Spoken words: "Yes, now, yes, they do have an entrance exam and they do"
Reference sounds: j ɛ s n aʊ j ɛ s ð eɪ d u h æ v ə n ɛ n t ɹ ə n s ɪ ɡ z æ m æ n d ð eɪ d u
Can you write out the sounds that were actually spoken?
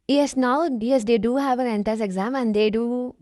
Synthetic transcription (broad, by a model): j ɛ s n aʊ j ɛ s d eɪ d u h æ v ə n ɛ n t ə s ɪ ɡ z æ m æ n d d eɪ d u